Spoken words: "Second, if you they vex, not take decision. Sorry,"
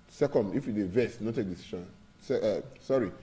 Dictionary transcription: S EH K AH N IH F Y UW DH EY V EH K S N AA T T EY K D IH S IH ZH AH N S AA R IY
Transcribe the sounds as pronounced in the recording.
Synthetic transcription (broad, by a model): S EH K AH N IH F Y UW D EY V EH S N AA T T EY K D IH S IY SH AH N S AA R IY